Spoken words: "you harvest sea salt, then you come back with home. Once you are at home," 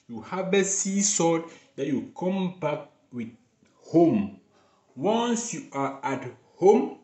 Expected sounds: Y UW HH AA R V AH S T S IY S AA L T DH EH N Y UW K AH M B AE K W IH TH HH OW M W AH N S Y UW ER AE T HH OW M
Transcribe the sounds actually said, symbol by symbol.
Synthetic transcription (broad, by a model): Y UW HH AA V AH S S IY S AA T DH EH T Y UW K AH M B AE K W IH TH HH OW M W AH N S Y UW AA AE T HH OW M